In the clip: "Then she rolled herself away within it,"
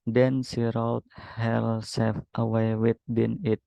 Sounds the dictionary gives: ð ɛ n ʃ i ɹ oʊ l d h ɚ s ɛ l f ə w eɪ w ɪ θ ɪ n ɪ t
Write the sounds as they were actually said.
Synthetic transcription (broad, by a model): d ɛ n s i ɹ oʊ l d h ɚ s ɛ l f ə w eɪ w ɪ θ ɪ n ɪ t